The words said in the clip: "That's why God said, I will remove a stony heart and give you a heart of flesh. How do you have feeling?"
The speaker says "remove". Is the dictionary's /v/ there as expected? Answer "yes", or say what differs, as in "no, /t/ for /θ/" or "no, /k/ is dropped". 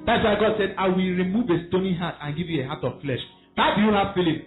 yes